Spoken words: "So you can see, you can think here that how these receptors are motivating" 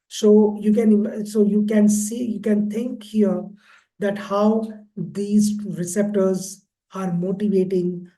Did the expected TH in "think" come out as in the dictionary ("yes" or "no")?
no